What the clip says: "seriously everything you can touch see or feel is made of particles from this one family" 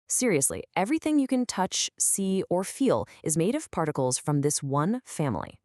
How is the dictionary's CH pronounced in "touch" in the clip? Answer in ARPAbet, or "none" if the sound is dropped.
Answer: CH